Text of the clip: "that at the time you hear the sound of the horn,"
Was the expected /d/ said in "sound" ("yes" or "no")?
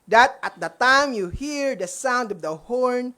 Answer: yes